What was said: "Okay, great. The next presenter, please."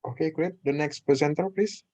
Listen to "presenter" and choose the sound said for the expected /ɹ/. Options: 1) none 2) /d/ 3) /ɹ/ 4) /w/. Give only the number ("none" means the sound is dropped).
1